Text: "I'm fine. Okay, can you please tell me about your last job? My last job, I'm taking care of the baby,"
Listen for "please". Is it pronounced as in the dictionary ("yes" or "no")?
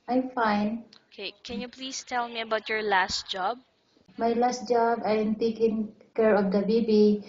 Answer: no